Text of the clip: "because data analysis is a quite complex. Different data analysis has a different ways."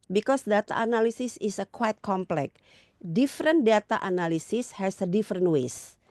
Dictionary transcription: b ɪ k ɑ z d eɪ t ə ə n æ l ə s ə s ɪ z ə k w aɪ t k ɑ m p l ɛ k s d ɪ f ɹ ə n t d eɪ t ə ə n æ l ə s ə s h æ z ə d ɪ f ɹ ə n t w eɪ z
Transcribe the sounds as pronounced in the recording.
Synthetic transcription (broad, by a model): b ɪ k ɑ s d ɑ t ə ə n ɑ l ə s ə s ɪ s ə k w aɪ t k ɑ m p l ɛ k d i f ɹ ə n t d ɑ t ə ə n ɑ l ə s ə s h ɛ s ə d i f ɹ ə n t w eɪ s